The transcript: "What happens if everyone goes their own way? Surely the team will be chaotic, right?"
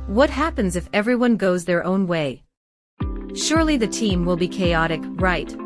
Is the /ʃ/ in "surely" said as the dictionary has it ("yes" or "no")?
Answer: yes